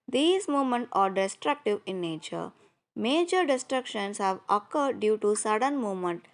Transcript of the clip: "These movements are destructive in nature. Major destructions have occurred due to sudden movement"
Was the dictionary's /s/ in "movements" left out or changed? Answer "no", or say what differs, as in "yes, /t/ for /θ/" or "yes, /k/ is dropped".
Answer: yes, /s/ is dropped